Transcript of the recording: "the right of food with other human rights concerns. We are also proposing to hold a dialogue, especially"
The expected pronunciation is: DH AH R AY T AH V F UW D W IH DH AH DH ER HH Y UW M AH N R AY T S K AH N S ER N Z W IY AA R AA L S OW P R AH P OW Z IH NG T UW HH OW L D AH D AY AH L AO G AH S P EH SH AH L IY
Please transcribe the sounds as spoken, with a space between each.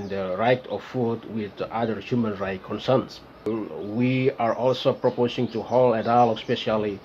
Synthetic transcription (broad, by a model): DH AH R AY T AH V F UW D W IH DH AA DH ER HH Y UW M AH N R AY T K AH N S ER N S W IY AA R AA L S OW P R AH P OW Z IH NG T UW HH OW L AH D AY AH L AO S P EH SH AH L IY